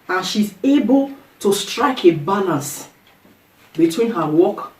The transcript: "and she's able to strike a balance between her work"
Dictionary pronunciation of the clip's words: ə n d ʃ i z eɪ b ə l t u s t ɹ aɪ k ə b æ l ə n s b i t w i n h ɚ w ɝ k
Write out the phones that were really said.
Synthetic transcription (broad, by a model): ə n ʃ i z eɪ b ə l t u s t ɹ aɪ k ə b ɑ n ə s b i t w i n h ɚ w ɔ k